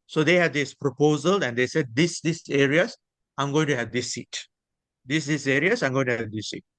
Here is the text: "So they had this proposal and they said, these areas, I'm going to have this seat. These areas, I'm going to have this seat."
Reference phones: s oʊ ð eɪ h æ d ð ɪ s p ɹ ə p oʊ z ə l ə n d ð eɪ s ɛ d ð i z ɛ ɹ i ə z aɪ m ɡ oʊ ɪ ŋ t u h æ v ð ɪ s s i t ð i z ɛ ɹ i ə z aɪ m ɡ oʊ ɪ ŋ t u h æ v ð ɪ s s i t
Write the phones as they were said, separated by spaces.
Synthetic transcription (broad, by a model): s oʊ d eɪ h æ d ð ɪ s p ɹ ə p oʊ z ə l ə n d eɪ s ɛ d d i s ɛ ɹ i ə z aɪ m ɡ oʊ ɪ ŋ t u h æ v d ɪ s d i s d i s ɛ ɹ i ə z aɪ m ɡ oʊ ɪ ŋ t u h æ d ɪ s s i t